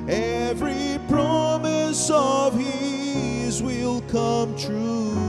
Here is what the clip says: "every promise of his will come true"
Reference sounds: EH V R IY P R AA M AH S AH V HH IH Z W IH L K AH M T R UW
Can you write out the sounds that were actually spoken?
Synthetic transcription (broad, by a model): EH V R IY P R AA M AH S AH V HH IH Z W IH L K AH M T R UW